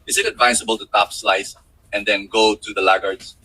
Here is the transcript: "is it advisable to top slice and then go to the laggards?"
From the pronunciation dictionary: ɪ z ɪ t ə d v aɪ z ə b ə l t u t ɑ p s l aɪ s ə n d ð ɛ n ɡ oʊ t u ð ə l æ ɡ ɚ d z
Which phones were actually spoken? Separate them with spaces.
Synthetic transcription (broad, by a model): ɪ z ɪ t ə d v aɪ s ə b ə l t u t ɑ p s l aɪ s ə n d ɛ n ɡ oʊ t u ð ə l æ ɡ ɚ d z